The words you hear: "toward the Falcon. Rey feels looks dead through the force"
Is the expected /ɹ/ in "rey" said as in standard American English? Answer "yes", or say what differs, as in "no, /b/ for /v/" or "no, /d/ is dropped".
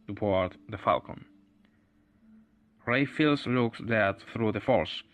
yes